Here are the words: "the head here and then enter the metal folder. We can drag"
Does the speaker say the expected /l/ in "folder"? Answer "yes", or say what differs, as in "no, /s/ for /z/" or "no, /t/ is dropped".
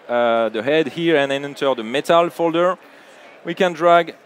yes